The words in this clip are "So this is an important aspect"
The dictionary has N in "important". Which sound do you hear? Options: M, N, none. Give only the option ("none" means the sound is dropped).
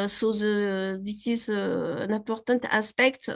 none